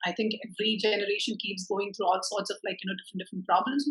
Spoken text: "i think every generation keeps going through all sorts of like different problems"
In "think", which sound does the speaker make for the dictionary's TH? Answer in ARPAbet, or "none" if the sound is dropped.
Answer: T